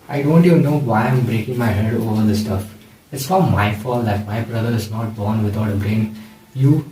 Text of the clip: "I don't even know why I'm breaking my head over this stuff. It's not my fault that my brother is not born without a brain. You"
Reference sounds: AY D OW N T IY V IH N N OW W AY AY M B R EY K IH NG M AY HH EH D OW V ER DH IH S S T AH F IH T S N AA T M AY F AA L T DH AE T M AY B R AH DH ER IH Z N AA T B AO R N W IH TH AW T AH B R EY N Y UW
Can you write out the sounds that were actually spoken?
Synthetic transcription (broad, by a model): AY D OW N T IY V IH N N OW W AY AY M B R EY K IH NG M AY HH EH D OW V ER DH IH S S T AH F IH T S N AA M AY F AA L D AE T M AY B R AH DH ER IH Z N AA T B AO R N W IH T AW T AH B R EY N Y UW